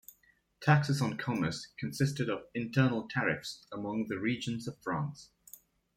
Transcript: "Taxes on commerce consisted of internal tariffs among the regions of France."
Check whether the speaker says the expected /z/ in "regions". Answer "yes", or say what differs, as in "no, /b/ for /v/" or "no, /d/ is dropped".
yes